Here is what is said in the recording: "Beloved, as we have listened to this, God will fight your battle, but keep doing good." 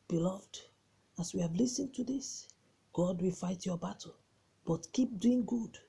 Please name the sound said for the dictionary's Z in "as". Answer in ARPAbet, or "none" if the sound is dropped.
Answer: S